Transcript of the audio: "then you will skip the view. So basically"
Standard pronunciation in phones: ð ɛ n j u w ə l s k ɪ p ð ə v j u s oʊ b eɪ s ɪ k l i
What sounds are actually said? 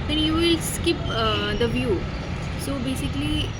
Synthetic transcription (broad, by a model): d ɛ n j u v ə l s k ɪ p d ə v j u s oʊ b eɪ s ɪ k l i